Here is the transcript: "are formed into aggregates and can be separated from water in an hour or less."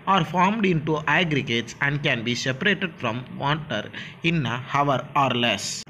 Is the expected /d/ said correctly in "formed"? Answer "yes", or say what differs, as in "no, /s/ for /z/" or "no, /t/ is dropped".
yes